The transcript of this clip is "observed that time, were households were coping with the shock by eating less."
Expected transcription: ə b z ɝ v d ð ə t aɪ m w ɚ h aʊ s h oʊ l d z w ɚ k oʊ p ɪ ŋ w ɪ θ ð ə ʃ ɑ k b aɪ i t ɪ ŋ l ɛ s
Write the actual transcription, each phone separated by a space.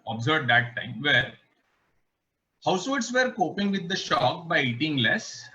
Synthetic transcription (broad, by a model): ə b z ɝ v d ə t aɪ m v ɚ h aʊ s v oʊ d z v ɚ k oʊ p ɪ ŋ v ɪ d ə ʃ ɑ k b aɪ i t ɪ ŋ l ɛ s